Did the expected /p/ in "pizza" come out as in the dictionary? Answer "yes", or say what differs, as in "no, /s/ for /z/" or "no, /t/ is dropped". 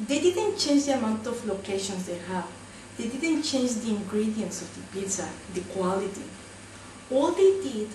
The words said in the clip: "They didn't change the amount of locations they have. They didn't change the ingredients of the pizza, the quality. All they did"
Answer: no, /b/ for /p/